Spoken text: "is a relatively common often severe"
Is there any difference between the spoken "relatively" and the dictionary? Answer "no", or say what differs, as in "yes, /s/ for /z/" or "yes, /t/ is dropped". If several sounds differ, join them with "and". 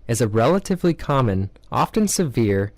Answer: no